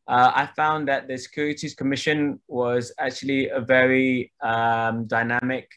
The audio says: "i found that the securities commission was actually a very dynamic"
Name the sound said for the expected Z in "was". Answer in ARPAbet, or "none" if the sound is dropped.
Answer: Z